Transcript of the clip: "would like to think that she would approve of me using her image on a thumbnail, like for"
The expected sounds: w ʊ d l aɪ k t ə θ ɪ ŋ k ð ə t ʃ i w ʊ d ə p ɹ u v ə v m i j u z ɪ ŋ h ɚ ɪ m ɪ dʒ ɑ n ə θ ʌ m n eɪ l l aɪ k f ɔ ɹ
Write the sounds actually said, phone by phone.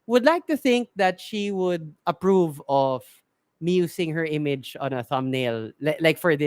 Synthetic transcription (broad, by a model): w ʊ d l aɪ k t ə θ ɪ ŋ k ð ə t ʃ i w ʊ d ə p ɹ u v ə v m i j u s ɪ ŋ h ɚ ɪ m ɪ dʒ ɑ n ə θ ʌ m n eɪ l l aɪ k f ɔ ɹ